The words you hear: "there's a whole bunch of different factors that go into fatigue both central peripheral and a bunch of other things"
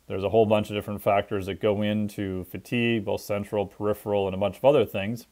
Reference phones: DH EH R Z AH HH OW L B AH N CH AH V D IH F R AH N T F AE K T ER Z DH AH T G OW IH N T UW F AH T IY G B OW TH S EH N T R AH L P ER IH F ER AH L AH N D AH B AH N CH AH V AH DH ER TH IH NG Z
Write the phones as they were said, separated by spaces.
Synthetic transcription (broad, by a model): DH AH R Z AH HH OW L B AH N CH AH V D IH F R AH N T F AE K T ER Z DH AH T G OW IH N T UW F AH T IY G B OW TH S EH N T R L P ER IH F ER L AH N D AH B AH N CH AH V AH DH ER TH IH NG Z